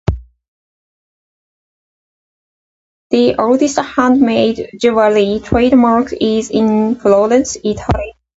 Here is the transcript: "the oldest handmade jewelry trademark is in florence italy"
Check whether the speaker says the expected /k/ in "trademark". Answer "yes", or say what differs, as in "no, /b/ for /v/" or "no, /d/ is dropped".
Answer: yes